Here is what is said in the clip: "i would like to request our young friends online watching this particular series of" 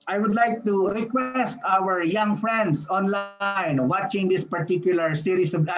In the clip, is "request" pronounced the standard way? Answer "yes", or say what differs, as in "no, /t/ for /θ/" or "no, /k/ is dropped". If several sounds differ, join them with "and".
yes